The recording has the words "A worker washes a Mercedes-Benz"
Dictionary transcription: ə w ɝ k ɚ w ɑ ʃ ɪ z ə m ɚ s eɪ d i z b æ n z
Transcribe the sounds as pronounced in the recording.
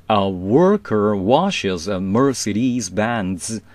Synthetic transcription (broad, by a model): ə w ɝ k ɚ w ɑ ʃ ɪ z ə m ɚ s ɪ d i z b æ n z